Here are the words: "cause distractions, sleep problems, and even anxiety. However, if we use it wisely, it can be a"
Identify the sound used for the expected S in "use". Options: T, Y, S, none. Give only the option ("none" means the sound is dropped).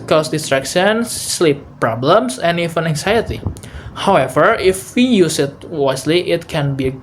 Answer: S